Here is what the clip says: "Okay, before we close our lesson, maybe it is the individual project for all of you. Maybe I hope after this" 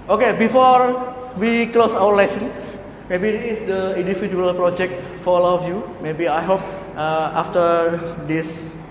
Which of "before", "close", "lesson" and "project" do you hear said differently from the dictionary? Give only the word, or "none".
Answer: none